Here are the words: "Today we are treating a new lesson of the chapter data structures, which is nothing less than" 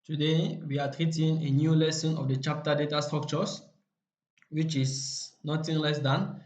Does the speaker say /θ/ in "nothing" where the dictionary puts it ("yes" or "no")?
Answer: no